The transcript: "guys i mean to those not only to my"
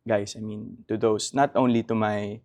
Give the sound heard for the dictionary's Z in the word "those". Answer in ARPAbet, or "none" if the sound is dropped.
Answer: S